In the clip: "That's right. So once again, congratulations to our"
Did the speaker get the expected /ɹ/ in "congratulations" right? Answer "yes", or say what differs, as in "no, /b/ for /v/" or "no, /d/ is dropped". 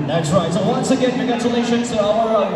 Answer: no, /ɹ/ is dropped